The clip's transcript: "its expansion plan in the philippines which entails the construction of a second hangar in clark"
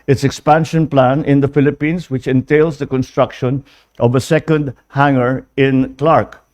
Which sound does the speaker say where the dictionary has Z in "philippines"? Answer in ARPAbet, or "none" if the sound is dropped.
S